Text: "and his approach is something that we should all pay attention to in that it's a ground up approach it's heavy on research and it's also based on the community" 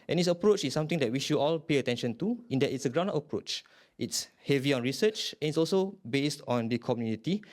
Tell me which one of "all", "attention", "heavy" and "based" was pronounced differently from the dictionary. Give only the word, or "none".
none